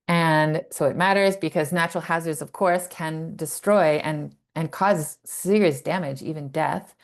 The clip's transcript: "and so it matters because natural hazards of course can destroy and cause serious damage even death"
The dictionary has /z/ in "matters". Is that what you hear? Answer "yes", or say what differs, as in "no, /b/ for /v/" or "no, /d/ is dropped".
yes